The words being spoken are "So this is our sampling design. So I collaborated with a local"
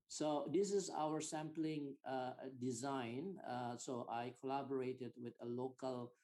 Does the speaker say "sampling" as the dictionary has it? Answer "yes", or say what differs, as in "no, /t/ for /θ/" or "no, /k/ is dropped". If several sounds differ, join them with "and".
yes